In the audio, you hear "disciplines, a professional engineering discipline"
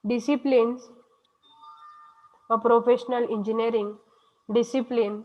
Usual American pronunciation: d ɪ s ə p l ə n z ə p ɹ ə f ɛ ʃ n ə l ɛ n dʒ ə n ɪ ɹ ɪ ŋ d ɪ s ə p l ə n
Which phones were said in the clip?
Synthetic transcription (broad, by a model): d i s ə p l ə n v ə p ɹ ə f ɛ ʃ n ə l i n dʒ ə n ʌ ɹ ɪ ŋ d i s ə p l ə n